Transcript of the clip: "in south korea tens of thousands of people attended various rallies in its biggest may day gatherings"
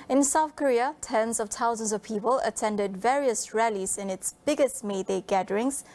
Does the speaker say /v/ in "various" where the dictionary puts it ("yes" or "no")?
yes